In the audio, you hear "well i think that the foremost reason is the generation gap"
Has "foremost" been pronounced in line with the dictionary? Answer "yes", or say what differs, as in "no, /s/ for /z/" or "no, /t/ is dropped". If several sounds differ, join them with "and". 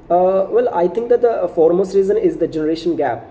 yes